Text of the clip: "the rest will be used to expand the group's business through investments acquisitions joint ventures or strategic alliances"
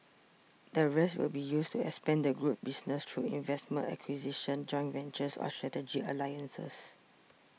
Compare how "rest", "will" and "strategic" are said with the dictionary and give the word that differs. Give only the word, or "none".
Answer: strategic